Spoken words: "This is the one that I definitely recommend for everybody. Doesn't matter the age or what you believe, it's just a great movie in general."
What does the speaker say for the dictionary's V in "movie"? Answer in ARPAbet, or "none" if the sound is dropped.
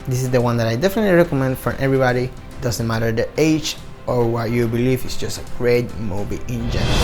B